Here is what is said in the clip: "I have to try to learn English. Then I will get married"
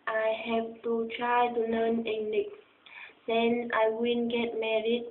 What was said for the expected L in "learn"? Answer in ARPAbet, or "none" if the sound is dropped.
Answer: N